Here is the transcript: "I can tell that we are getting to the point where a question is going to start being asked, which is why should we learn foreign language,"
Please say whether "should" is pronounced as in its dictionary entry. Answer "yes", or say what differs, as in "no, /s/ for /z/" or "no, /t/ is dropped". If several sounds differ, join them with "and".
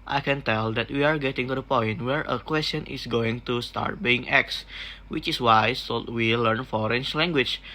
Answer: no, /s/ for /ʃ/